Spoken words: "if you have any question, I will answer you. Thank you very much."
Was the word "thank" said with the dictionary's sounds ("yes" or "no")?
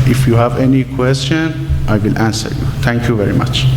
no